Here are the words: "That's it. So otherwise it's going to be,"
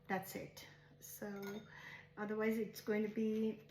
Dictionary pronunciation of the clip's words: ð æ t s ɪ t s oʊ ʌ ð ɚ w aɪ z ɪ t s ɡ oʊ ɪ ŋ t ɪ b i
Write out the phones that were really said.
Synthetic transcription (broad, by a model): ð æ t s ɪ t s oʊ ʌ ð ɚ w aɪ z ɪ t s ɡ oʊ ɪ ŋ t ɪ b i